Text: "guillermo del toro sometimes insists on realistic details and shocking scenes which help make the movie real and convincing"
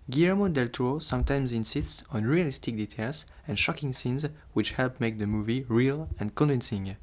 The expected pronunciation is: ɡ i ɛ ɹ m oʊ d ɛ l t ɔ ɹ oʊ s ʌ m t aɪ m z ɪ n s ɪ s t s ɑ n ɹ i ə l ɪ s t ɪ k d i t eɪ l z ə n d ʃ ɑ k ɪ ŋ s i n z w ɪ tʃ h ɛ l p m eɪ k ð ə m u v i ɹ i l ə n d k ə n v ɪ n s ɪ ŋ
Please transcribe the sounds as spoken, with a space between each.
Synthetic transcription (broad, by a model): ɡ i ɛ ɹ m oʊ d ɛ l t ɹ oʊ s ʌ m t aɪ m z ɪ n s ɪ s t s ɑ n ɹ i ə l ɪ s t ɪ k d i t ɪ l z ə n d ʃ ɑ k ɪ ŋ s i n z w ɪ tʃ h ɛ l p m eɪ k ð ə m u v i ɹ i l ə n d k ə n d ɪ n s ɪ ŋ